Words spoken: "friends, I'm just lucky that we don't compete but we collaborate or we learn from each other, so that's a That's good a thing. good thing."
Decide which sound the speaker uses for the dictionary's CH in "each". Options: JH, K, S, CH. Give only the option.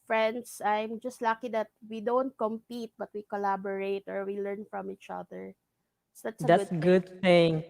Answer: CH